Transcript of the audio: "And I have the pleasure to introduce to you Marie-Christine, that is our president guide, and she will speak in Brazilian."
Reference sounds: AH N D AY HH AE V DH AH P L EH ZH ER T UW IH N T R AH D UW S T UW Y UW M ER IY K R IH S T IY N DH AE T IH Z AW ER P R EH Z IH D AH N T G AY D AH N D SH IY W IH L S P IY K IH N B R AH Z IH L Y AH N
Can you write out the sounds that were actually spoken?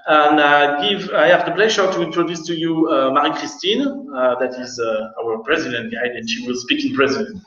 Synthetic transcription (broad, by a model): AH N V AY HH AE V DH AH P L EH ZH ER T UW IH N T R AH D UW S T UW Y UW M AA IY K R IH S T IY N DH AE T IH Z AW ER P R EH Z IH D AH N T G AY D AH N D SH IY W IH L S P IY K IH N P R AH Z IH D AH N